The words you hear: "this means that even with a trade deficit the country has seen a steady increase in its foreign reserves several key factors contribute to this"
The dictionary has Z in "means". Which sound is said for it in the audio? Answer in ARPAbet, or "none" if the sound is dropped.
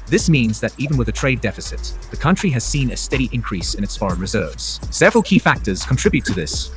Z